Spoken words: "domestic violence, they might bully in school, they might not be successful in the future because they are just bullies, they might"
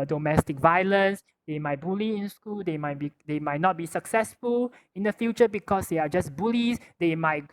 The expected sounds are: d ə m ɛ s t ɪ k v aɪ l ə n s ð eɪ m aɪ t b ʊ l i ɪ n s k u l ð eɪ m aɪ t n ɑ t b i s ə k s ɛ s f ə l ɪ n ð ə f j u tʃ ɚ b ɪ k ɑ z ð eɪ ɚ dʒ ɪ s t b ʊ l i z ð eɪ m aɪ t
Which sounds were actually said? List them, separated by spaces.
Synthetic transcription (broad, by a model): d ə m ɛ s t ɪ k v aɪ l ə n s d eɪ m aɪ t b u l i ɪ n s k u l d eɪ m aɪ t n ɑ t b i s ə k s ɛ s f ə l ɪ n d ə f j u tʃ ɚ b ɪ k ɑ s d eɪ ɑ dʒ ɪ s b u l i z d eɪ m aɪ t